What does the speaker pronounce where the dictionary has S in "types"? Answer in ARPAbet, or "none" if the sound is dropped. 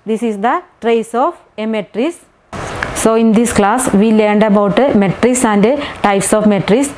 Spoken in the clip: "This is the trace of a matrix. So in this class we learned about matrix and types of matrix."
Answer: S